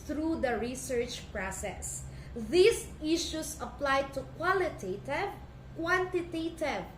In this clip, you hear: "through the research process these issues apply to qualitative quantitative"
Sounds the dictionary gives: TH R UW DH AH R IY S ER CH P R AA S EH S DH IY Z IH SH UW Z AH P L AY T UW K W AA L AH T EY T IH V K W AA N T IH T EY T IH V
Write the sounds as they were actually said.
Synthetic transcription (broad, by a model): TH R UW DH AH R IY S ER CH P R AA S EH S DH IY S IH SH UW S AH P L AY T UW K W AA L AH T EY T IH V K W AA N T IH T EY T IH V